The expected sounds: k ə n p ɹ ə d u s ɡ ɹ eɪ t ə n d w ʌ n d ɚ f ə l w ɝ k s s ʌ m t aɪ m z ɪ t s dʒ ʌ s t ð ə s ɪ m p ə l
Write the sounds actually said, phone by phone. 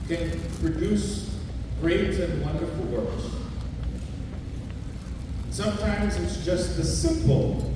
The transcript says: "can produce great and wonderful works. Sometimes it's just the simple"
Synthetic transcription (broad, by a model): k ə n p ɹ ə d u s ɡ ɹ eɪ t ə n w ʌ n d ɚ f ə l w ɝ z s s ʌ m t aɪ m z ɪ t s dʒ ʌ s t ð ə s ɪ m p l